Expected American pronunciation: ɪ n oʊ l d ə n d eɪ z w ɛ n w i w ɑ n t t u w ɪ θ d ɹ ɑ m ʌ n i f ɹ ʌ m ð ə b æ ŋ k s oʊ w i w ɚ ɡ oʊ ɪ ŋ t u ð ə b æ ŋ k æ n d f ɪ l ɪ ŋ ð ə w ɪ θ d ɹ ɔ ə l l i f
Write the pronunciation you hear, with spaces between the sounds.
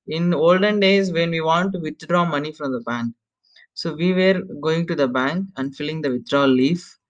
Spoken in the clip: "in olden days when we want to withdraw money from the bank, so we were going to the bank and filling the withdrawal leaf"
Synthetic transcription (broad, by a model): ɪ n oʊ l d ə n d eɪ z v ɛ n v i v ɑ n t t u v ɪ t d ɹ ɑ m ʌ n i f ɹ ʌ m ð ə b æ ŋ k s oʊ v i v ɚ ɡ oʊ ɪ ŋ t u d ə b æ ŋ k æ n d f ɪ l ɪ ŋ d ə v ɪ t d ɹ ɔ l l i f